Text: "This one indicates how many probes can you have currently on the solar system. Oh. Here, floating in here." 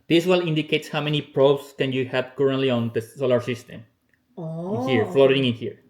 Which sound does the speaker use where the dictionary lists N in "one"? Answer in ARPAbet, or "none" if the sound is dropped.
L